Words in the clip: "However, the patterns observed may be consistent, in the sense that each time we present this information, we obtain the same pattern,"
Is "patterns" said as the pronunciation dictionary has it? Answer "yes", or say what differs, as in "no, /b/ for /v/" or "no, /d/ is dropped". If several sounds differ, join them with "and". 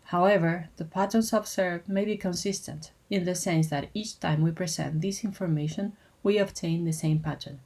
no, /s/ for /z/